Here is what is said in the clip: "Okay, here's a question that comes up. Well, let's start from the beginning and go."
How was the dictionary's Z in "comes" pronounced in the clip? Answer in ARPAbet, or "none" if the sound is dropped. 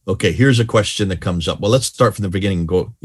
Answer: Z